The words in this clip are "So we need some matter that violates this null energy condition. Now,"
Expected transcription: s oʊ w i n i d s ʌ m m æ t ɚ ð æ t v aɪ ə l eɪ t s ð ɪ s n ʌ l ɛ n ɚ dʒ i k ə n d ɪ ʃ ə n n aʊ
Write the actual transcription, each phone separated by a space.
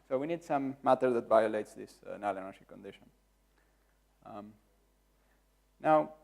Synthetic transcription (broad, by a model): s oʊ w i n i d s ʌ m m æ t ɚ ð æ t v aɪ ə l eɪ t s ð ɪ s n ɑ l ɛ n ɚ ʃ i k ə n d ɪ ʃ ə n n aʊ